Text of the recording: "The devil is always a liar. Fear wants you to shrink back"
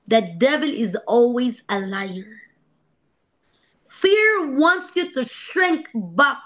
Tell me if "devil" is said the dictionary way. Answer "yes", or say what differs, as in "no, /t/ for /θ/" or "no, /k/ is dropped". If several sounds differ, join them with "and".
yes